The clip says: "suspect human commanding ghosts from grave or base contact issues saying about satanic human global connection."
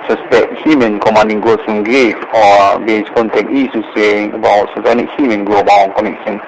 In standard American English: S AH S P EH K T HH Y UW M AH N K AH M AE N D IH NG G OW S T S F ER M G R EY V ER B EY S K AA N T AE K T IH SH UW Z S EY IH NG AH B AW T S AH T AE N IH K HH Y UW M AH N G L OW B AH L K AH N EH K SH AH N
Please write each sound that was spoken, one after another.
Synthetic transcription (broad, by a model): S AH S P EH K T HH Y UW M AH N K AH M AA N D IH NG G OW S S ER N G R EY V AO B EY S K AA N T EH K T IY S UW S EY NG AH B AW T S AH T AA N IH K HH Y UW M AH N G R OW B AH N K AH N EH K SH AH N